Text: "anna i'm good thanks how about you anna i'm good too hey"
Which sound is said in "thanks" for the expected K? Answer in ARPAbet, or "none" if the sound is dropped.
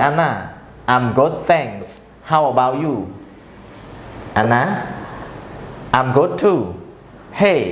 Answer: none